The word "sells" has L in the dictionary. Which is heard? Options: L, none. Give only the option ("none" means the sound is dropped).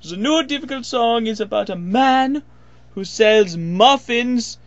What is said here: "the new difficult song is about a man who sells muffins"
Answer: L